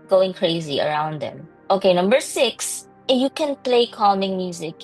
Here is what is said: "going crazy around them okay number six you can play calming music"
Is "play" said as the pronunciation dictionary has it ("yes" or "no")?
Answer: yes